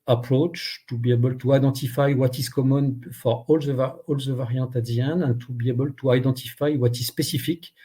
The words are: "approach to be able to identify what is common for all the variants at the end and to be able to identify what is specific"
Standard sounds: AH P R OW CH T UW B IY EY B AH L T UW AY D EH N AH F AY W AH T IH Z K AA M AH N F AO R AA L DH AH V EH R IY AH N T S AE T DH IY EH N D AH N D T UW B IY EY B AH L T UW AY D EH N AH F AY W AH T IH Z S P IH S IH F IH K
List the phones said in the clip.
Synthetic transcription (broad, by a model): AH P R OW CH T UW B IY EY B AH L T UW AY D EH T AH F AY W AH T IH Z K AA M AH N F AO R AA L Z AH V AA IY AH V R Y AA T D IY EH N AH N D T UW B IY EY B AH L T UW AY D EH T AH F AY W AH T IH Z S P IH S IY F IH K